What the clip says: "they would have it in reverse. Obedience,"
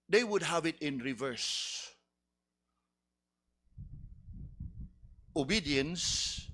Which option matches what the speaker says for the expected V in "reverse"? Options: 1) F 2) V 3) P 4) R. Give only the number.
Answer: 2